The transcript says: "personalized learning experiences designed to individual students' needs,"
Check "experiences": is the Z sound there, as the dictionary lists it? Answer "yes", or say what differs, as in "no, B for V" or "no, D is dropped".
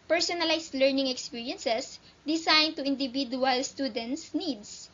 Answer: no, S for Z